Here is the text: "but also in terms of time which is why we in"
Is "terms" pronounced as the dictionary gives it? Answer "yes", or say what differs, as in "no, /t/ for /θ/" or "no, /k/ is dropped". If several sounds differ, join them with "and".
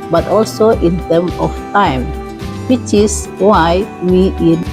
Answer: no, /z/ is dropped